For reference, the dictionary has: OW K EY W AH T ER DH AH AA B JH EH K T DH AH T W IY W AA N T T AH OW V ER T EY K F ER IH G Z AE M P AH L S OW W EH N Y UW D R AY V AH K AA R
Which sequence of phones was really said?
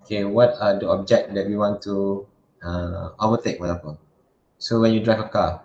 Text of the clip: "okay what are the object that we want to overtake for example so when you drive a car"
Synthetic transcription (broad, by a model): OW K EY W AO T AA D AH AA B JH EH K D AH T W IY W AA N T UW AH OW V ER T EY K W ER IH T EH P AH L S OW W EH N Y UW D R AY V AH K AA